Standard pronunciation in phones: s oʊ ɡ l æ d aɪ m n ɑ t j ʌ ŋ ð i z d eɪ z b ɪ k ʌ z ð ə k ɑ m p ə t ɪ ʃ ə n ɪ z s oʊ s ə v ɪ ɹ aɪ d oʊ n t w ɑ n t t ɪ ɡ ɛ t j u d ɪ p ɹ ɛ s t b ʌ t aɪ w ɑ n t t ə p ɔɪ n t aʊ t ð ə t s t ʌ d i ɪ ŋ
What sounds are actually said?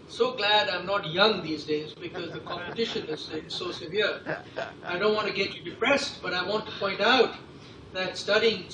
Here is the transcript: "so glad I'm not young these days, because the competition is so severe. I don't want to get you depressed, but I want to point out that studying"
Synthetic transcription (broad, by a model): s oʊ ɡ l æ d aɪ m n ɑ t j ʌ ŋ ð i z d eɪ z b ɪ k ʌ z ð ə k ɑ m p ə t ɪ ʃ ə n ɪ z s oʊ s ə v ɪ ɹ aɪ d oʊ n t w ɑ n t t ɪ ɡ ɛ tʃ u d ɪ p ɹ ɛ s t b ʌ t aɪ w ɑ n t t ə p ɔɪ n t aʊ t ð ə t s t ʌ d i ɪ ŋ